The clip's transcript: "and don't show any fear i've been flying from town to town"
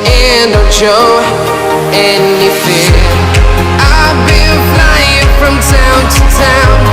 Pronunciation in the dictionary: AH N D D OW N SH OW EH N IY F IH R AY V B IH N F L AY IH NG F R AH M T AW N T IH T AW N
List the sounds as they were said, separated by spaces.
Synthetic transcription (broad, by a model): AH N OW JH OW EH N IY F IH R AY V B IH L F L AY IH NG F R AH M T AW N T IH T AW N